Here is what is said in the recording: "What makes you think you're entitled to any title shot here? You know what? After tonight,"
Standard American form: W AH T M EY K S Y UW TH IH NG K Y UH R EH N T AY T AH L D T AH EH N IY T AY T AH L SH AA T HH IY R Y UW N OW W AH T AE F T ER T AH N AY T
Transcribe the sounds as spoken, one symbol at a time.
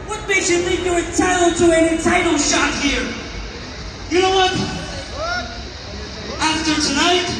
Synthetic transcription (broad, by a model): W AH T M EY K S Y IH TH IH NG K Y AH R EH T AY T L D T AH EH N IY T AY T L SH AA T HH IY R Y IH N OW W AH T AE F T ER T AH N AY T